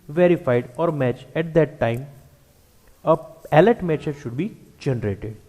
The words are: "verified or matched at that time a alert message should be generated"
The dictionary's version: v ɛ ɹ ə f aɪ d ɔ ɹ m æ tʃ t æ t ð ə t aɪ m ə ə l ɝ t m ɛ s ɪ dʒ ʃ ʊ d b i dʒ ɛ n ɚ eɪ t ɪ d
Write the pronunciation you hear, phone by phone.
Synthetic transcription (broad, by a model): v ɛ ɹ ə f aɪ d ɔ ɹ m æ tʃ æ t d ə t aɪ m ə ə l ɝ t m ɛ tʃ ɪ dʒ ʃ ʊ d b i dʒ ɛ n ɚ eɪ t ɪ d